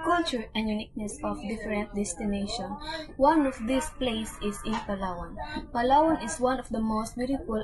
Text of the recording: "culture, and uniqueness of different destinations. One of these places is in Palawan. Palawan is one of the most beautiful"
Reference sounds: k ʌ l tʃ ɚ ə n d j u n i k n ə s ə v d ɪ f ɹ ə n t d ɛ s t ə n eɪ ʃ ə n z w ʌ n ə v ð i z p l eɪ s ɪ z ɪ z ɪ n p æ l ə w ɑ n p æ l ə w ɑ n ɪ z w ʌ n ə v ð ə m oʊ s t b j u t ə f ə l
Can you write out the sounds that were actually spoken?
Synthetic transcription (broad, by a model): k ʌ l tʃ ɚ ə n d j u n i k n ə s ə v d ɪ f ɹ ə n t d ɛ s t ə n eɪ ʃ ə n w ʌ n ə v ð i s p l eɪ ɪ s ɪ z ɪ n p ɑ l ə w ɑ n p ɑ l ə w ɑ n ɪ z w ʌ n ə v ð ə m oʊ s t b j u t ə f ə l